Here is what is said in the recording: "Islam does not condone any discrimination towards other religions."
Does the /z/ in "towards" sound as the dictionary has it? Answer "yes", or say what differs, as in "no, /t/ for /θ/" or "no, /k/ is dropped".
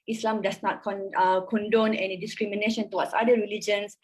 no, /z/ is dropped